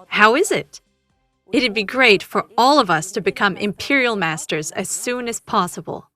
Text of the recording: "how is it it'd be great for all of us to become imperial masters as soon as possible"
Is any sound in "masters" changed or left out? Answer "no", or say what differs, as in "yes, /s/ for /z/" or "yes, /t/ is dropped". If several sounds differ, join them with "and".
no